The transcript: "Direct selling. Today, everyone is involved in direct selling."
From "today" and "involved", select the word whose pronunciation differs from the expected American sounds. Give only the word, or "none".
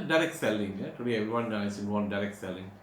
involved